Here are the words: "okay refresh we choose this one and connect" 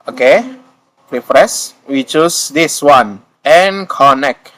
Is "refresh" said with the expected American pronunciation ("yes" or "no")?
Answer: no